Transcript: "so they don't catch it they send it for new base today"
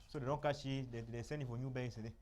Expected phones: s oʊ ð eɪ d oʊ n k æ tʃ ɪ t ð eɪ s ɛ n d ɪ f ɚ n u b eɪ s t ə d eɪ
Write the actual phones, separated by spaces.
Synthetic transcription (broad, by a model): s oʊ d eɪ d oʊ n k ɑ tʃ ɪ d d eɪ s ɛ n ɪ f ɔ n u b eɪ s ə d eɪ